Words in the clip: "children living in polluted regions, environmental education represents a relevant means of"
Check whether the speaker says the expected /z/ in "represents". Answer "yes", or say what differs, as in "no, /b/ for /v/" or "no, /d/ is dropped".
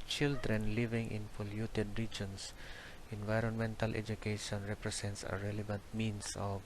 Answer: no, /s/ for /z/